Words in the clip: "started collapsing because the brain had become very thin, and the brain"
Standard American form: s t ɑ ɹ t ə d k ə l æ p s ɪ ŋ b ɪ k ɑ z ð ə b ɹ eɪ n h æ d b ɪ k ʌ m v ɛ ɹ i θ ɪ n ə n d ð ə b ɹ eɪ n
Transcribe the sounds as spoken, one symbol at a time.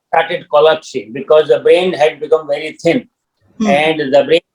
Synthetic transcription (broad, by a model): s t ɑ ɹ t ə d k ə l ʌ s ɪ b ɪ k ɑ z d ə b ɹ eɪ n h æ d b ɪ k ʌ m v ɛ ɹ i t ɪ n ə n d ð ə b ɹ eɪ